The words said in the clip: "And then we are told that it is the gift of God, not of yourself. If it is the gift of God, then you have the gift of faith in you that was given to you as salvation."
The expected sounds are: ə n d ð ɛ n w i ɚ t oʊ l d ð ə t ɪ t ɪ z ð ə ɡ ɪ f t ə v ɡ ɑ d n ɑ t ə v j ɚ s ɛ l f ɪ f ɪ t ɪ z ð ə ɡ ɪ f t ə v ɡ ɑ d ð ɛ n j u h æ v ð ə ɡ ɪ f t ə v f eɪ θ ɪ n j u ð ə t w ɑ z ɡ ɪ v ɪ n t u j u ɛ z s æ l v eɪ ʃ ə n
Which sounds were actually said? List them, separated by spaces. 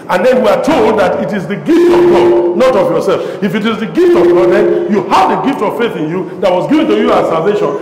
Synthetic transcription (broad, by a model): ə n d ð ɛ n w i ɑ t oʊ l d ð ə t ɪ t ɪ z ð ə ɡ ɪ f t ə v ɡ ɑ d n ɑ t ə v j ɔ s ɛ l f ɪ f ɪ t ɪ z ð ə ɡ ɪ f t ə v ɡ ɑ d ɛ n j u h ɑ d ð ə ɡ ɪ f t ə v f eɪ θ ɪ n j u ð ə t w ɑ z ɡ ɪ v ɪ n t u j u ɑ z s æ l v eɪ ʃ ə n